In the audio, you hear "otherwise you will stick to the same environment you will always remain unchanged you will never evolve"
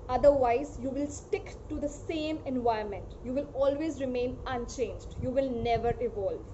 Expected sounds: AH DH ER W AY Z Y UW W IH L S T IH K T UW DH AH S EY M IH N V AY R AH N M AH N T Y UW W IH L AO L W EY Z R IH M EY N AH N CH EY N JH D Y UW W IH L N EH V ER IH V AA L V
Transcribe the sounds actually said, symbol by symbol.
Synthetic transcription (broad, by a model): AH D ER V AY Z Y UW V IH L S T IH K T UW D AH S EY M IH N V AY AH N M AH N T Y UW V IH L AO L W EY Z R IH M EY N AH N CH EY N JH D Y UW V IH L N EH V ER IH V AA L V